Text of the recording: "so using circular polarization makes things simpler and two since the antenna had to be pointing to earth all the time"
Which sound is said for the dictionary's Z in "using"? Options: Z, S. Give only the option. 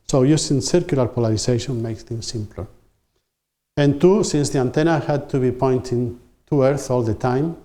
S